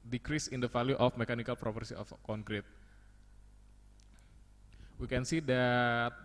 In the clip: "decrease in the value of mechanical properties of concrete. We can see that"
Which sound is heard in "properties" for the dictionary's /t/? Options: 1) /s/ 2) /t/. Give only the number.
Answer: 1